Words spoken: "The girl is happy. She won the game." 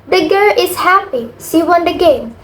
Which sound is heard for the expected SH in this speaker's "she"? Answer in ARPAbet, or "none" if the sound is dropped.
S